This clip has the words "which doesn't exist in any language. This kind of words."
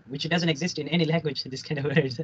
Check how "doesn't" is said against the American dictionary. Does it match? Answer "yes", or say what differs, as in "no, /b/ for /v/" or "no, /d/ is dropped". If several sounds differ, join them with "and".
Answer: yes